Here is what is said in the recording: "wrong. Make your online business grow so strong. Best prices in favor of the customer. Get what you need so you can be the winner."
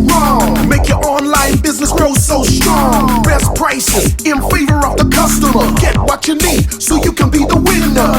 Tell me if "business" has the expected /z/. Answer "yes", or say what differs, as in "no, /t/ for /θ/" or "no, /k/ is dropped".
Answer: yes